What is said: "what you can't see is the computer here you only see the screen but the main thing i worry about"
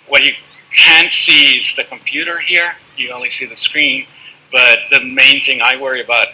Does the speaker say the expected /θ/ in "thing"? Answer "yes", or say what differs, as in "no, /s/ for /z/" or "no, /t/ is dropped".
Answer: yes